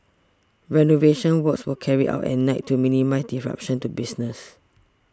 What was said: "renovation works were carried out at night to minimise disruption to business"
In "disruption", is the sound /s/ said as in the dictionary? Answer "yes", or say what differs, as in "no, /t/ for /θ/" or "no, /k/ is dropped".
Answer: no, /s/ is dropped